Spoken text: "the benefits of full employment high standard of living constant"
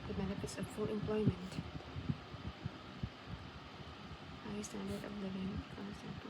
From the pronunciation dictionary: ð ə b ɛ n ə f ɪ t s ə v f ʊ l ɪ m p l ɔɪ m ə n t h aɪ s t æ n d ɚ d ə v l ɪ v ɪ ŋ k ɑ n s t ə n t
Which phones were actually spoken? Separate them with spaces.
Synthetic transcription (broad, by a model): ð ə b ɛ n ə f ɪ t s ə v f ʊ l ɪ m p l ɔɪ m ə n t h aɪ s t æ n d ɚ d ə v l ɪ v ɪ ŋ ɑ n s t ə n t